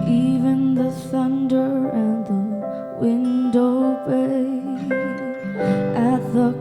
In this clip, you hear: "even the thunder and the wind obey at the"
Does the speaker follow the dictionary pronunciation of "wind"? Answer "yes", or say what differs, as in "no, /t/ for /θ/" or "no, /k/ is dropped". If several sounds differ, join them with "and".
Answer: yes